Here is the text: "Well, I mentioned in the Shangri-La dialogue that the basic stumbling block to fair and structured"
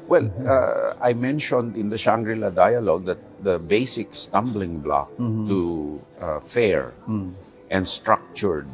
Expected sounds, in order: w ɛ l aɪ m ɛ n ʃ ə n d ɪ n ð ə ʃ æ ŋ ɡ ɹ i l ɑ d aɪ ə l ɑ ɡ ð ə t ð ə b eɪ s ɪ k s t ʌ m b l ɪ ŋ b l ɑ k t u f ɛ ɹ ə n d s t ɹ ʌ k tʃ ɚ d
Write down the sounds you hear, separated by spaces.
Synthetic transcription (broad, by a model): w ɛ l aɪ m ɛ n ʃ ə n d ɪ n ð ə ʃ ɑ ŋ ɡ ɹ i l ɑ d aɪ ə l ɑ ɡ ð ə t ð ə b eɪ s ɪ k s t ʌ m b l ɪ ŋ b l ɑ k t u f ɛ ɹ ə n d s t ɹ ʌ k tʃ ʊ d